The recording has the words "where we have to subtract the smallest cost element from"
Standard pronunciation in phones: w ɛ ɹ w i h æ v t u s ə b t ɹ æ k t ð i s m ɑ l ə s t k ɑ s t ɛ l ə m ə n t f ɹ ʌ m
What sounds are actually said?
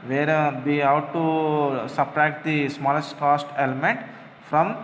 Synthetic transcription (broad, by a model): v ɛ ɹ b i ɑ w t u s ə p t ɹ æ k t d i s m ɑ l ə s t k ɑ s t ɛ l ə m ə n t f ɹ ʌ m